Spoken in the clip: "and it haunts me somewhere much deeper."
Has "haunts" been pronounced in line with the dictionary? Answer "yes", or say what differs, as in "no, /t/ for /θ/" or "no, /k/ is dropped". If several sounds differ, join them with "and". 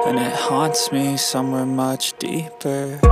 yes